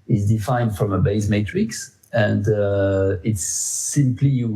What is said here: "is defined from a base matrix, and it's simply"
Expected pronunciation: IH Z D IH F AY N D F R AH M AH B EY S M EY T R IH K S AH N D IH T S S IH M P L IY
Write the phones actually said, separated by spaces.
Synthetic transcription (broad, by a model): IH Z D IH F AY N D F R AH M AH B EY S M EY T R IH K S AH N D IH T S S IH M P L IY